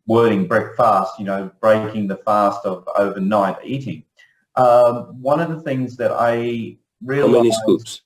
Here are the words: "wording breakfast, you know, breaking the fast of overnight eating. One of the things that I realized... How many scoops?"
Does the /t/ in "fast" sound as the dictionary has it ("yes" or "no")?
yes